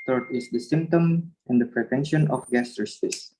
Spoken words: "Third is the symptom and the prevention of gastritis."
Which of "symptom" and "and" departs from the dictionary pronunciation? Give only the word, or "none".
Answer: none